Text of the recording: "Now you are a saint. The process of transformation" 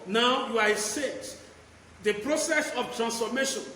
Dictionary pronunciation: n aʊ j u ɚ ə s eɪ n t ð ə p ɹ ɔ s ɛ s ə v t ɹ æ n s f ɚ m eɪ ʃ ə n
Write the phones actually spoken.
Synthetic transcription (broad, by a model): n aʊ j u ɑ ə s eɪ t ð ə p ɹ ɔ s ɛ s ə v t ɹ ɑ n s f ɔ m eɪ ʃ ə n